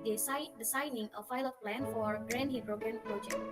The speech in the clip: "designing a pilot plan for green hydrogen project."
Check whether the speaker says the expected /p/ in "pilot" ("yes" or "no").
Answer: no